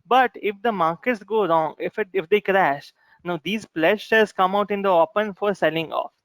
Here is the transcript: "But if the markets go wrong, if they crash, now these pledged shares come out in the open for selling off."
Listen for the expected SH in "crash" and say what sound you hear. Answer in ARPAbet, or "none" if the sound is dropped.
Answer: SH